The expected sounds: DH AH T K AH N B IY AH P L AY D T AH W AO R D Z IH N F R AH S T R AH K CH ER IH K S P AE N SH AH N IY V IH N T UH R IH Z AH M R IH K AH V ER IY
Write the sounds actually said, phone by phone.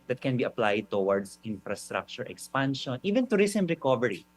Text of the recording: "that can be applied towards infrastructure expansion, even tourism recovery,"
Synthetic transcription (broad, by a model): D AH T K AH N B IY AH P L AY D T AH W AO R D S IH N F R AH S T R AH K CH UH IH K S P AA N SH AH N IY V IH N T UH R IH S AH M R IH K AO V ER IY